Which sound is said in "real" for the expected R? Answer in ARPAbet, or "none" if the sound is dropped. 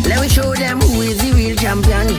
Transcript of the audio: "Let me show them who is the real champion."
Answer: W